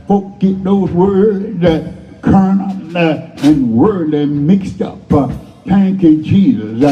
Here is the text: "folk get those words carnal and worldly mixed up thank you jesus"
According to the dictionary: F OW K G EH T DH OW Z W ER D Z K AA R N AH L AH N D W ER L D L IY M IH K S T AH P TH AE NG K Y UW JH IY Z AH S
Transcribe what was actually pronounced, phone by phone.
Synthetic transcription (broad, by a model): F OW K G EH T DH OW Z W ER D Z K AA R N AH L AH N W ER D IY M IH K S T AH P T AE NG K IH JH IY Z